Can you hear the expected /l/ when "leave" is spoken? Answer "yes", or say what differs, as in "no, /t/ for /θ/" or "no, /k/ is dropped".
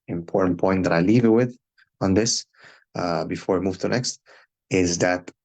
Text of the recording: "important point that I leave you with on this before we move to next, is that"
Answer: yes